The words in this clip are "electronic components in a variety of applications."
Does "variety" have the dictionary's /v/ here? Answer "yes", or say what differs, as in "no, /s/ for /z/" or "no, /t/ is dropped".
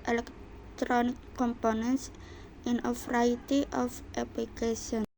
no, /f/ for /v/